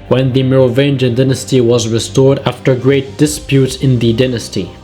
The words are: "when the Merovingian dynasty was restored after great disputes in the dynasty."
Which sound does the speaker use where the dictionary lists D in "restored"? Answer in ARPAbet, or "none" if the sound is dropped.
D